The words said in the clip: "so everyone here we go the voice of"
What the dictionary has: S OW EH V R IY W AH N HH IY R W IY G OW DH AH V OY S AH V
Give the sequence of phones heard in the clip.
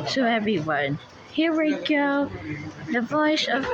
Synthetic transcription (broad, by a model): S OW EH V R IY W AH N HH IY R W IY G OW DH AH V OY SH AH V